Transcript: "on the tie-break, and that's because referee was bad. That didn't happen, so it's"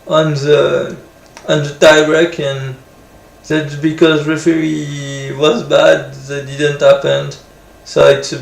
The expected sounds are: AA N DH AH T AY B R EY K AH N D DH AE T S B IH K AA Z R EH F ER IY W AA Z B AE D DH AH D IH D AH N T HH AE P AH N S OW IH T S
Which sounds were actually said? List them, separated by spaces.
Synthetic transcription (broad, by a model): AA N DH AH T AY R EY K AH N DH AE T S B IH K AA Z R EH F ER IY W AA Z B AE D DH AH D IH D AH N T HH AE P AH N S OW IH T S